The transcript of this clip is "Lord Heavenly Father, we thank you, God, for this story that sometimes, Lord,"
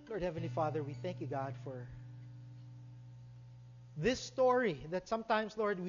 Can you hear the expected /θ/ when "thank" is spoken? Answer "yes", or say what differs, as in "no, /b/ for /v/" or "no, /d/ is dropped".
yes